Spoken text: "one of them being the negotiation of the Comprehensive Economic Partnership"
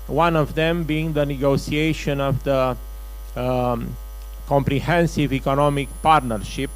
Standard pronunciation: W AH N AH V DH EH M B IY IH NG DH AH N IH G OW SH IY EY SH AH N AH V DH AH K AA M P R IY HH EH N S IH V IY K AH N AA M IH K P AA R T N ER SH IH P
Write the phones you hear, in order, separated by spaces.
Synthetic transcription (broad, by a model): W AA N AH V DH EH M B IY NG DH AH N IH G OW S IY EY SH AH N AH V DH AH K AA M P R IY HH EH N S IH V IY K AH N AA M IH K P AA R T N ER SH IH P